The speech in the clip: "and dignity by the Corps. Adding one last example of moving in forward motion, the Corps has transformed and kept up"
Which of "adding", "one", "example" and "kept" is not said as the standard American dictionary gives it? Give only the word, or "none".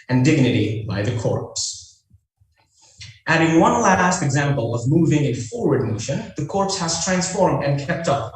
none